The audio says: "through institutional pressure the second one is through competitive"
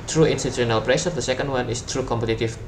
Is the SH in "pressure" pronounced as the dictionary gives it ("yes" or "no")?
no